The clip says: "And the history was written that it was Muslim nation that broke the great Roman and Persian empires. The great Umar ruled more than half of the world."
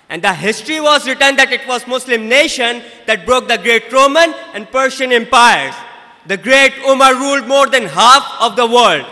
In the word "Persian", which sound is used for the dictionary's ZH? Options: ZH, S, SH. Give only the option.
SH